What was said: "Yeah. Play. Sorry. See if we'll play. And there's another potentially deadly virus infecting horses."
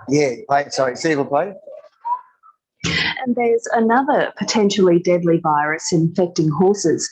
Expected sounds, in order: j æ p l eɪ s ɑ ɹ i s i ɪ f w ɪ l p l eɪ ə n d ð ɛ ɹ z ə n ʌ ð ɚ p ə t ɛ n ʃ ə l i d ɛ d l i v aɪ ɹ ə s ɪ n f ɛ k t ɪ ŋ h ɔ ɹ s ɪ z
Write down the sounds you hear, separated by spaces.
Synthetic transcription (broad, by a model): j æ p l eɪ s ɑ i s i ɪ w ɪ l p l eɪ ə n ð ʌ ɹ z ə n ʌ ð ɚ p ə t ɛ n ʃ l i d ɛ d l i v aɪ ɹ ə s ɪ n f ɛ k t ɪ ŋ h ɔ ɹ s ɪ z